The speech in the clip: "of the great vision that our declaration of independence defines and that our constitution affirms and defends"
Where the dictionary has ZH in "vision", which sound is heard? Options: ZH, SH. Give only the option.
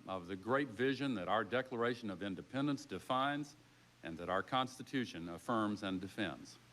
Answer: ZH